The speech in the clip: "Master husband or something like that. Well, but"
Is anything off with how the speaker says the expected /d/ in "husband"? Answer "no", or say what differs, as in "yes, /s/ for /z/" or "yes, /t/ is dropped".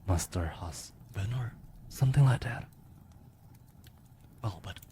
yes, /d/ is dropped